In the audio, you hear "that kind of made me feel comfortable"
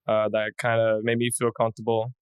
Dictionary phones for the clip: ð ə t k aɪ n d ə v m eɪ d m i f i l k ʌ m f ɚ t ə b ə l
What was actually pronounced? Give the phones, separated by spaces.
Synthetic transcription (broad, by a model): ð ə t k aɪ n d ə m eɪ d m i f i l k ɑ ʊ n t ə b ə l